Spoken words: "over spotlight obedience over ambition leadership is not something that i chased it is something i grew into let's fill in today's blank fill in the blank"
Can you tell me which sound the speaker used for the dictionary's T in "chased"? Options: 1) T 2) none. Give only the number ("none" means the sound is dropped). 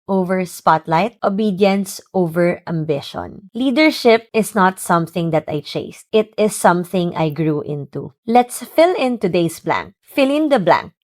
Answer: 1